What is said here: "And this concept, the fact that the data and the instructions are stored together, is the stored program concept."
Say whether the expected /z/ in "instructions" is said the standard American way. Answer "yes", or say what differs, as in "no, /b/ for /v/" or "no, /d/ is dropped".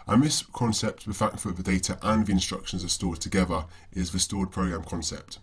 yes